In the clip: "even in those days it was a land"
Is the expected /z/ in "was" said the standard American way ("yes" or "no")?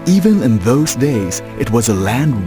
yes